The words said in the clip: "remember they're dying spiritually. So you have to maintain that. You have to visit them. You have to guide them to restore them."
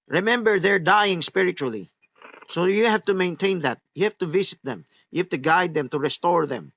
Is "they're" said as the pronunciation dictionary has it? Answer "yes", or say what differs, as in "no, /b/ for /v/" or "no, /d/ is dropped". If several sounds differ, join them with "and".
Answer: yes